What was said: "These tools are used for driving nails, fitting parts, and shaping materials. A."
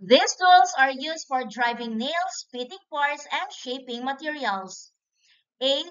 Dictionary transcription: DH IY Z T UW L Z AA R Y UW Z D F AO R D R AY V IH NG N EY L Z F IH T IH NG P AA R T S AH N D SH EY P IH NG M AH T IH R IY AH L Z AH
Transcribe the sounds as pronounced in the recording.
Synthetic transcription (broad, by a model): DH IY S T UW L S AA R Y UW S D F AO R D R AY V IH NG N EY L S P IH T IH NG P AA R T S AH N D SH EY P IH NG M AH T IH R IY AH L S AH